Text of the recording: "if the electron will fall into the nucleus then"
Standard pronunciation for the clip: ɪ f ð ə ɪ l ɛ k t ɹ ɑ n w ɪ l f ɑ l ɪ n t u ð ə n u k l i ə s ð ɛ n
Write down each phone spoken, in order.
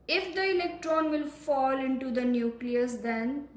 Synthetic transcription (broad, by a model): ɪ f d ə ɪ l ɛ k t ɹ ɑ n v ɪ l f ɑ l ɪ n t u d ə n u k l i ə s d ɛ n